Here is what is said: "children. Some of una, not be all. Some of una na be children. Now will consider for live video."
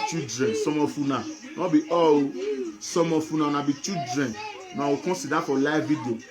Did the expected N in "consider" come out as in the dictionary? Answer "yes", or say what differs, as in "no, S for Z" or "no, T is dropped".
no, N is dropped